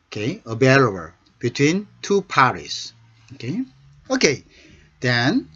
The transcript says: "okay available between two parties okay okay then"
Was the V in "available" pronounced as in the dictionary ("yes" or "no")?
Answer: no